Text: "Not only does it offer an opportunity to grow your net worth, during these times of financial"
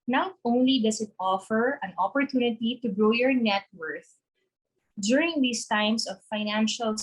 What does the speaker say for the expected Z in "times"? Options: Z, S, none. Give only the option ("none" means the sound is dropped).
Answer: S